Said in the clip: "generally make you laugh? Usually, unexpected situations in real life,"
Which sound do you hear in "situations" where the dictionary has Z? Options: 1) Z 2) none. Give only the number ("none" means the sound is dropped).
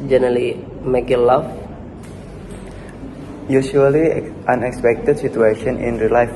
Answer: 2